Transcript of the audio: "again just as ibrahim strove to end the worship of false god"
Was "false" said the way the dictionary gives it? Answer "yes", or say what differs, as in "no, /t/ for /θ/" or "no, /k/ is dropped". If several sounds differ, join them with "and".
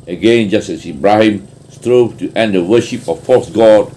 no, /l/ is dropped